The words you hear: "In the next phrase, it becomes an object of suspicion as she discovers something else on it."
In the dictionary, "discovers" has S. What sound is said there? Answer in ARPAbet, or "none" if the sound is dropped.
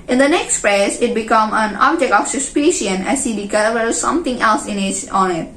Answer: none